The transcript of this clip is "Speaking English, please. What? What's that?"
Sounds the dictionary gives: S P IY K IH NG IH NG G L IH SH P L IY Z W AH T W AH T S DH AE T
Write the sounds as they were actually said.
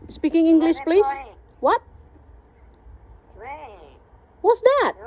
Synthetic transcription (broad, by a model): S P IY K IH NG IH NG G L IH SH P L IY S W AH T W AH T S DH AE T